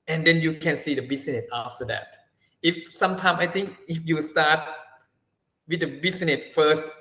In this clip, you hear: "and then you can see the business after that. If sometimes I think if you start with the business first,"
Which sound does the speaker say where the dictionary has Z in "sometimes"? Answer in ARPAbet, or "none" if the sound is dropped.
none